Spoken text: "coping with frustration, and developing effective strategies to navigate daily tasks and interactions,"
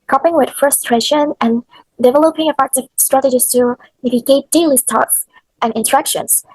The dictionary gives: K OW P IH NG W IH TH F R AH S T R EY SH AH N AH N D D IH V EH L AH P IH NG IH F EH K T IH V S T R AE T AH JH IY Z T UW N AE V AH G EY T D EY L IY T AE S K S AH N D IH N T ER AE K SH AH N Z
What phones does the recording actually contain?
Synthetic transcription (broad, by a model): K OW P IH NG W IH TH F R AH S T R EY SH AH N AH N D D IH V EH L AH P IH NG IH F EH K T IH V S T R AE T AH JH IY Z T UW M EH B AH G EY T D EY L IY T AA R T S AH N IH N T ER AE K SH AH N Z